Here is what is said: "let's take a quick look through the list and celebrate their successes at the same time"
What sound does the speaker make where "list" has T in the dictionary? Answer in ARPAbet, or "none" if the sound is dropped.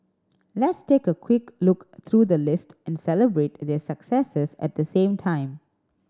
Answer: T